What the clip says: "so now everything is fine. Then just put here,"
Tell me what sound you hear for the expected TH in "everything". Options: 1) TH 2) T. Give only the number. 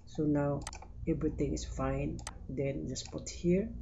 2